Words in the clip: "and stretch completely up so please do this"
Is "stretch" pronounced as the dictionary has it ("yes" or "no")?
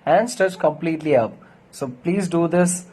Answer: no